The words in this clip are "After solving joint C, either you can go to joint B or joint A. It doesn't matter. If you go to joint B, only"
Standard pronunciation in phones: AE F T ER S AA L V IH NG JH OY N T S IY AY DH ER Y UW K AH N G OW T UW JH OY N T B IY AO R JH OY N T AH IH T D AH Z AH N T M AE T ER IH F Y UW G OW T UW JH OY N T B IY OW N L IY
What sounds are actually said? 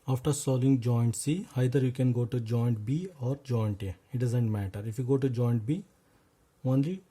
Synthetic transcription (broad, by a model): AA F T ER S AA L IH NG JH OY N T S IY AY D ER Y UW K AH N G OW T UW JH OY N T B IY AO R JH OY N T AH IH T D AH Z AH N T M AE T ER IH F Y UW G OW T UW JH OY N T B IY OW N L IY